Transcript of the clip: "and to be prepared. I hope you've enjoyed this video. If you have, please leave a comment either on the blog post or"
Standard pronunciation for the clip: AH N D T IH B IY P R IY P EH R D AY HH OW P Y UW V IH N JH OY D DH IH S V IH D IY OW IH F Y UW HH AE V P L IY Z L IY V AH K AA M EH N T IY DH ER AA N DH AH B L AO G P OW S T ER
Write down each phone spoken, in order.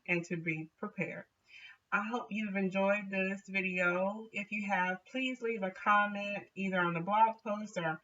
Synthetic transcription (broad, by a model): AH N T IH B IY P R IY P EH R D AY HH OW P Y UW V IH N JH OY D DH IH S V IH D IY OW IH F Y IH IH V P L IY Z L IY V AH K AA M EH N T IY DH ER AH N DH AH B L AO G P OW S T ER